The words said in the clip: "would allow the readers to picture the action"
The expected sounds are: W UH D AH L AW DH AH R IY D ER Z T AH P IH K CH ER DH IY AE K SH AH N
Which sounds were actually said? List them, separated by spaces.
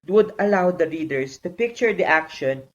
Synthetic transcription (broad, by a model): W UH D AH L AW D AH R IY D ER S T AH P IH K CH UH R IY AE K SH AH N